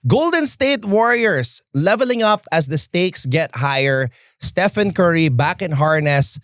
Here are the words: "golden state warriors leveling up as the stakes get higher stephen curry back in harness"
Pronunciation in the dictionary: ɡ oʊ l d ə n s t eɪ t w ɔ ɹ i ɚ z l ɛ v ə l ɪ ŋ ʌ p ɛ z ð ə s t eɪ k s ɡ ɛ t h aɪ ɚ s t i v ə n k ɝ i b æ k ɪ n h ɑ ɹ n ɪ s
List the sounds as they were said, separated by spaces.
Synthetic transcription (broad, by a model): ɡ oʊ l d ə n s t eɪ t w ɔ ɹ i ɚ s l ɛ v ə l ɪ ŋ ʌ p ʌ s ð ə s t eɪ k s ɡ ɛ t h aɪ ɚ s t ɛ f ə n k ɝ i b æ k ɪ n h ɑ ɹ n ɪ s